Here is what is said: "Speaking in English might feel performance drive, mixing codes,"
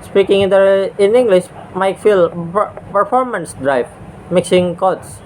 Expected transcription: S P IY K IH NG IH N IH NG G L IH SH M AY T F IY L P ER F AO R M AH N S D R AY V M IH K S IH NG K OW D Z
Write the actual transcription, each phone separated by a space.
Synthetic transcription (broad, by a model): S P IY K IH NG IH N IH NG G L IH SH M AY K F IY L P ER F AO R M AH N S D R AY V M IH K S IH NG K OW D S